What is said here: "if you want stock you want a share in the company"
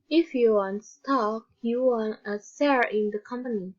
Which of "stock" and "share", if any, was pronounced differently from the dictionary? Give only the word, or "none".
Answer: share